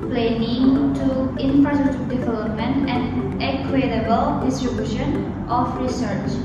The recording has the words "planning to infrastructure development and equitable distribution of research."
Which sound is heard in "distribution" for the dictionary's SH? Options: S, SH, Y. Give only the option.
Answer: SH